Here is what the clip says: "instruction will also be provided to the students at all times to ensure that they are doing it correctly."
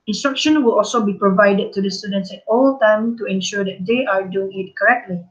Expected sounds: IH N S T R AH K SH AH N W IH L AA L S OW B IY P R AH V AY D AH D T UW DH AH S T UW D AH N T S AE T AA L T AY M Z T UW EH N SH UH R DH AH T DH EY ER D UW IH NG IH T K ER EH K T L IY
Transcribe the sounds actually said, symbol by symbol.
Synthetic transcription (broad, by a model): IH N S T R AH K SH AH N W IH L AA L S OW B IY P R AH V AY D AH D T UW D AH S T UW D AH N T S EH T AA L T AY M T UW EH N SH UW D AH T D EY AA D UW IH NG IH T K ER EH K T L IY